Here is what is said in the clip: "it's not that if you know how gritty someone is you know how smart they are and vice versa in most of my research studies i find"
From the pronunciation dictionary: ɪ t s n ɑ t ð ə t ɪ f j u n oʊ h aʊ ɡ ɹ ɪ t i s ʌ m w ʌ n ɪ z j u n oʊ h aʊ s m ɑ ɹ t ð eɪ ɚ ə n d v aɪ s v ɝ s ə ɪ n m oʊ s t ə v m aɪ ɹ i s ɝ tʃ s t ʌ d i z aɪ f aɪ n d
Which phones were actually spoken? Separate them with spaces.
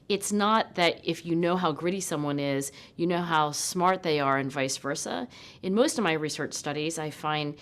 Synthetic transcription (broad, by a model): ɪ t s n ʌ t ð ə t ɪ f j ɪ n oʊ h aʊ ɡ ɹ ɪ t i s ʌ m w ʌ n ɪ z j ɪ n oʊ h aʊ s m ɑ ɹ t ð eɪ ɚ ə n v aɪ s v ɝ s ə ɪ n m oʊ s t ə v m aɪ ɹ i s ɝ tʃ s t ʌ d i z aɪ f aɪ n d